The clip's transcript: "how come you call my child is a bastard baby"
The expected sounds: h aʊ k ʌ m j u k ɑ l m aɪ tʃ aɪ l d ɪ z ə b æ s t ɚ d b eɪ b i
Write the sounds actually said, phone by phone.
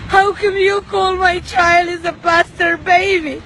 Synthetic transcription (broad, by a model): h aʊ k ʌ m j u k ɑ l m aɪ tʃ aɪ l ɪ z ə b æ s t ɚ b eɪ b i